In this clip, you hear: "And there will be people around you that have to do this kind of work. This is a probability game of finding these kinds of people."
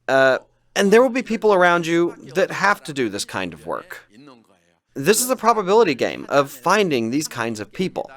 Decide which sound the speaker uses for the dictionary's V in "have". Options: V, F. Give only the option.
F